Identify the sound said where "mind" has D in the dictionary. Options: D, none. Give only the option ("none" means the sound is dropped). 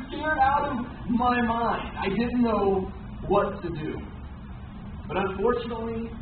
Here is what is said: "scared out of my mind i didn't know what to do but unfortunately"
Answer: D